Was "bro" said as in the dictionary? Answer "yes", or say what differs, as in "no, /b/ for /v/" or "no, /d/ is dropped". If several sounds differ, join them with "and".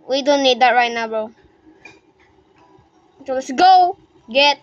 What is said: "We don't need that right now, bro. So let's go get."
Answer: no, /ɹ/ is dropped